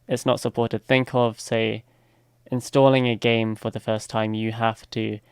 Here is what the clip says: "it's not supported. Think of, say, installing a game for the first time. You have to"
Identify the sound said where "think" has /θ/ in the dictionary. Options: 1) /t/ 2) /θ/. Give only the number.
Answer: 2